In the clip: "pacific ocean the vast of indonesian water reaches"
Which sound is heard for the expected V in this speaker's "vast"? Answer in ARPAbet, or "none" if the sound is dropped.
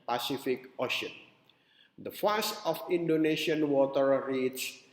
F